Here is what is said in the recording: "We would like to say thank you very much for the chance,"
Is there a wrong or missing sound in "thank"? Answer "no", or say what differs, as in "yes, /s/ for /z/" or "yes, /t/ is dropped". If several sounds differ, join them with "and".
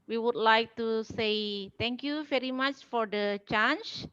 yes, /t/ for /θ/